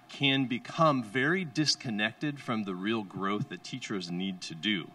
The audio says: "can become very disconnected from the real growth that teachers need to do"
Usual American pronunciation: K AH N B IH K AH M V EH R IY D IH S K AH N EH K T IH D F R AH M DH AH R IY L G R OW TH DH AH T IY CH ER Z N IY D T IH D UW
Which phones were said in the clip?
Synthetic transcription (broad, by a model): K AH N B IH K AH M V EH R IY D IH S K AH N EH K T IH D F R AH M DH AH R IY L G R OW TH DH AH T IY CH ER Z N IY D T IH D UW